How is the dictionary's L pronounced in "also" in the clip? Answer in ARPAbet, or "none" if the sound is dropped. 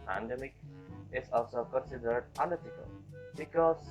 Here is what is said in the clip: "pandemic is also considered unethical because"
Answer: none